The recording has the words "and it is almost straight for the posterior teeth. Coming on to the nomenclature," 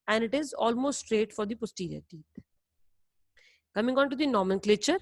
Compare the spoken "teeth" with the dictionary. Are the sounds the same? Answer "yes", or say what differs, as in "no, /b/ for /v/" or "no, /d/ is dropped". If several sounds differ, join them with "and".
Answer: no, /t/ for /θ/